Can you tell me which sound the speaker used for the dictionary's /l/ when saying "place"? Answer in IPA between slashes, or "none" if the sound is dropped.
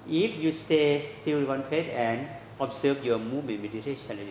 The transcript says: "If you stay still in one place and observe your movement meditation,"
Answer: none